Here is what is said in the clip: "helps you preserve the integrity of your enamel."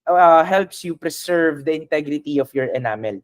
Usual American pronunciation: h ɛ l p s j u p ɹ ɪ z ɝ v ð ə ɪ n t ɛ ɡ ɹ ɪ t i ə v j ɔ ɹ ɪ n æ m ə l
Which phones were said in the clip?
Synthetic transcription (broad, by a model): h ɛ l p s j u p ɹ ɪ s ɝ v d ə ɪ n t ɛ ɡ ɹ ɪ t i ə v j ɔ ɹ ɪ n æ m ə l